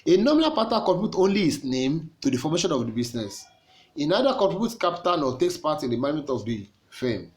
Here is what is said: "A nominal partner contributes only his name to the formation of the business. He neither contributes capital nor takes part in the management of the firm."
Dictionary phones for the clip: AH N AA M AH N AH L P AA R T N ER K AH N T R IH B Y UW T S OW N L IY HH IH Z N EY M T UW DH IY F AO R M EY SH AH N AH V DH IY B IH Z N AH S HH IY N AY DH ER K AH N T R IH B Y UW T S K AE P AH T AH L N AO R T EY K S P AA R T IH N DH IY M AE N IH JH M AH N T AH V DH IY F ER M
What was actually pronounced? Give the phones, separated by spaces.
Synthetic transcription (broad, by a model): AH N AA M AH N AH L P AA T AA K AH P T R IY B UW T OW N L IY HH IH S N EY M T UW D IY F AO M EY SH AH N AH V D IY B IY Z N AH S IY N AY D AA K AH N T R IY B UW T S K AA P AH T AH N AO T EY K S P AA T IH N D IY M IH M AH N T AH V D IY F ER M